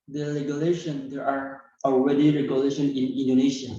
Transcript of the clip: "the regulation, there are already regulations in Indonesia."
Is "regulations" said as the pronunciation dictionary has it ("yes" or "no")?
no